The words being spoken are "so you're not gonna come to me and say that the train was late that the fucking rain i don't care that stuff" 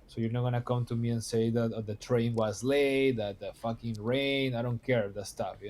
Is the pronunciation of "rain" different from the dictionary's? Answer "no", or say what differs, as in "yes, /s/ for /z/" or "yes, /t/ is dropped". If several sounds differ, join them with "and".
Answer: no